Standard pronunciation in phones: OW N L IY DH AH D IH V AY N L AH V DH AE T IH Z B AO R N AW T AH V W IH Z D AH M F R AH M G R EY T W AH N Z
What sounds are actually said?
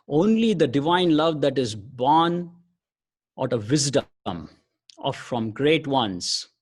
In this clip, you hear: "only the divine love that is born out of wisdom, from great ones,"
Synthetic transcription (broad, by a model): OW N L IY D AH D IH V AY N L AH V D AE T IH Z B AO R N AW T AH V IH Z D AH M F R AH M G R EY T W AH N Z